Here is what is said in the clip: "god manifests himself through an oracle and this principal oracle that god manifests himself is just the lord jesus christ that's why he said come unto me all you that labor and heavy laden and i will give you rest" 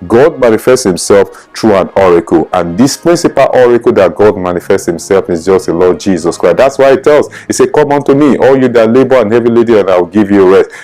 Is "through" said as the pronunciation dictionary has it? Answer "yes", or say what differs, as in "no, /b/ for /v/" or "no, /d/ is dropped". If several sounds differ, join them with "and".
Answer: no, /t/ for /θ/